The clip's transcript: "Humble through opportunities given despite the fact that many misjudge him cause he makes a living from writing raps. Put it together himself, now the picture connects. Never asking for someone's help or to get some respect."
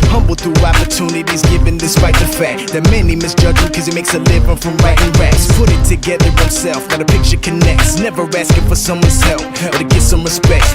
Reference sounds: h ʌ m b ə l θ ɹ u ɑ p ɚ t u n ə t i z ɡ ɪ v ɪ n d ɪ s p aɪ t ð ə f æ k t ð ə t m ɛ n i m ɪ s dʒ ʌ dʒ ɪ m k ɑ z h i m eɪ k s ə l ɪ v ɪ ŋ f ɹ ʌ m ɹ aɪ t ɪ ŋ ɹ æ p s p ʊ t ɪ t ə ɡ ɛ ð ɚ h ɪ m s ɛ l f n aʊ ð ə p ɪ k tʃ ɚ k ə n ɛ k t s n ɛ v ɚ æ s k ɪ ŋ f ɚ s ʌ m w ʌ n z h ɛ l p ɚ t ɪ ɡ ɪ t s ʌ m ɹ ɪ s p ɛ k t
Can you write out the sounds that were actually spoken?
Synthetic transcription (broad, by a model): h ʌ m b l θ ɹ u ɑ p ɚ t u n ə t i z ɡ ɪ v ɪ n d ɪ s p aɪ t ð ə f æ k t ð ə t m ɛ n i m ɪ s dʒ ʌ dʒ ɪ k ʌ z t m eɪ k s ə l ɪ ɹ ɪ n f ɹ ʌ m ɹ aɪ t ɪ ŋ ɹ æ s p ʊ t ɪ t ə ɡ ɛ ð ɚ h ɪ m s ɛ l f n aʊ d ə p ɪ k tʃ ɚ k ə n ɛ k t s n ɛ v ɚ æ s k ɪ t f ɚ s ʌ m w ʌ n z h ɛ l f ɚ t ɪ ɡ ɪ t s ʌ m ɹ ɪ s p ɛ k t